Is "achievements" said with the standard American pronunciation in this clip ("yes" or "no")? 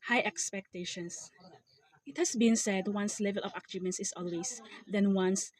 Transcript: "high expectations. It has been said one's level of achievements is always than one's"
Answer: no